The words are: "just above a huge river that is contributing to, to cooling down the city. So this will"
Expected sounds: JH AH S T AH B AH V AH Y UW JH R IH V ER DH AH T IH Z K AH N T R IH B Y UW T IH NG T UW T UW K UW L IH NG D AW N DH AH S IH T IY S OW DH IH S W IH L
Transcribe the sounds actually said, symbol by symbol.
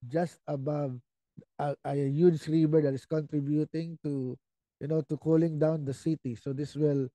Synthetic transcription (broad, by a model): JH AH S T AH B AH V AH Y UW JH R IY B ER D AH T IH S K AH N T R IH B Y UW T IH NG T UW T UW K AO L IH NG D AW N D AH S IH T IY S OW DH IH S W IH L